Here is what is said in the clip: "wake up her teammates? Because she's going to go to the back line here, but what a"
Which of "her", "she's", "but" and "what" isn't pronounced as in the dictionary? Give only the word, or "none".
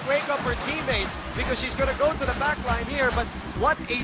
none